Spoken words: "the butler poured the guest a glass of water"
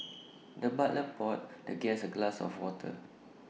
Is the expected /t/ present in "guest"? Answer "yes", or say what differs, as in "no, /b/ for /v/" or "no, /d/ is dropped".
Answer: no, /t/ is dropped